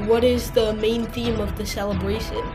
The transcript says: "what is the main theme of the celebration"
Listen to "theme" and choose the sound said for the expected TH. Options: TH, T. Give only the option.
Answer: TH